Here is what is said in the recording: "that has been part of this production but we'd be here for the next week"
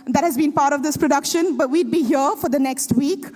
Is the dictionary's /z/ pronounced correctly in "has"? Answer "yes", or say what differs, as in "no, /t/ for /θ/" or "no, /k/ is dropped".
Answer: yes